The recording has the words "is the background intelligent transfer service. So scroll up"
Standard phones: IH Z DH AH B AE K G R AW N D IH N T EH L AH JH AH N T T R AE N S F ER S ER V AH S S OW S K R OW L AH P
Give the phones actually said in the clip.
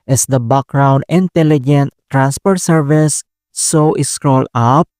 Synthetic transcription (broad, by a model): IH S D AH B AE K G R AW N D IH N T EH L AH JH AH N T T R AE N S P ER S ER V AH S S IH S K R OW L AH P